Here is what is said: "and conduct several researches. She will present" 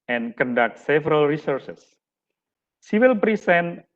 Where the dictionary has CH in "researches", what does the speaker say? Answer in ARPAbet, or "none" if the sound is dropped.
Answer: S